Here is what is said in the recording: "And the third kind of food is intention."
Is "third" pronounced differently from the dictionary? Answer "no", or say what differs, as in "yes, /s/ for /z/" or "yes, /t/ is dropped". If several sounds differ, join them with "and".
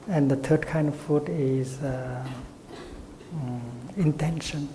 yes, /t/ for /θ/